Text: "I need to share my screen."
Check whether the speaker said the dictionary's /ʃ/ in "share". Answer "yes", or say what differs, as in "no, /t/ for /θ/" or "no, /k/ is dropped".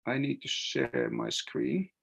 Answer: yes